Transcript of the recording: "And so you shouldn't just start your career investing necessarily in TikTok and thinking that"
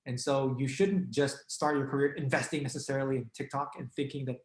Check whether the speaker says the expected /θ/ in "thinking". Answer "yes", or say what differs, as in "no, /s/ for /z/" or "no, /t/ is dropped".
yes